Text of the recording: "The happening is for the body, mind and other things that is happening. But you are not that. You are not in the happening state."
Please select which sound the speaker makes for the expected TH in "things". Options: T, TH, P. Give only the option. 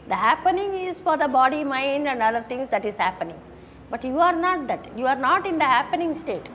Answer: T